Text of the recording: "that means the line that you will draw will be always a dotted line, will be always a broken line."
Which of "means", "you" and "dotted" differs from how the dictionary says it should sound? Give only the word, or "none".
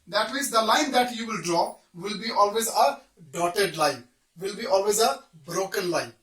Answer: means